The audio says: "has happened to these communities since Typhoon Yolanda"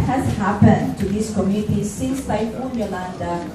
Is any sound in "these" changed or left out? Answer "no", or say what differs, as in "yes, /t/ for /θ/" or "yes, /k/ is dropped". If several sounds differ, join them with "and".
yes, /s/ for /z/